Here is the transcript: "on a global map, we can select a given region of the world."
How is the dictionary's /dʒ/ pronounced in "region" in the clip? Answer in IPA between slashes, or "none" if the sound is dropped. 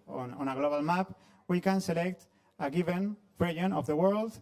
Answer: none